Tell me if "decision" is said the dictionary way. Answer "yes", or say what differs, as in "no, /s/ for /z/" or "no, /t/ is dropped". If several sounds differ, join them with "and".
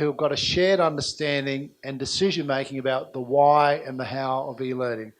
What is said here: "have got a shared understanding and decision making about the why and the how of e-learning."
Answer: yes